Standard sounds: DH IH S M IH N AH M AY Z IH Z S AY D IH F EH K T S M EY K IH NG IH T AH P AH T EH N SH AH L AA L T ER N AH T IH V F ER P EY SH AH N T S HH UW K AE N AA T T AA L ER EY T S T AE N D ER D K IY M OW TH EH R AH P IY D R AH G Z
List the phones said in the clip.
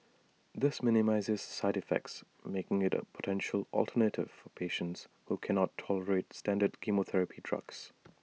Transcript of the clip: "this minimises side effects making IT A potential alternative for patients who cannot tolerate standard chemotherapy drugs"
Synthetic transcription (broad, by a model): DH IH S M IH N AH M AY Z IH Z S AY D IH F EH K T S M EY K IH NG IH T AH P AH T EH N SH AH L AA L T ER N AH T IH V F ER P EY SH AH N T S HH UW K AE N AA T T AA L ER EY T S T AE N D ER D K IY M OW TH EH R AH P IY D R AH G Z